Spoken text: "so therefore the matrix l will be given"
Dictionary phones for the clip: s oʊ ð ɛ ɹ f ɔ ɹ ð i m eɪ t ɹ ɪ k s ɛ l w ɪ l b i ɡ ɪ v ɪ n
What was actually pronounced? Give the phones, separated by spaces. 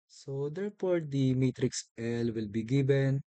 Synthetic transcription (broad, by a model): s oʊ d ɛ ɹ p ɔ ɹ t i m eɪ t ɹ ɪ k s ɛ l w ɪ l b i ɡ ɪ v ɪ n